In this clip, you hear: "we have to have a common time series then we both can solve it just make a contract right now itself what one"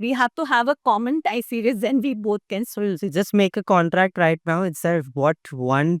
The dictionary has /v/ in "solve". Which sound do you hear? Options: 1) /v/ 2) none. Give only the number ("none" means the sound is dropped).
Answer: 2